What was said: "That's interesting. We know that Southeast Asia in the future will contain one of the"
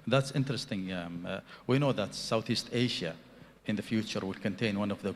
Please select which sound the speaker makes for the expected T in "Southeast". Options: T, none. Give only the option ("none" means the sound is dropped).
T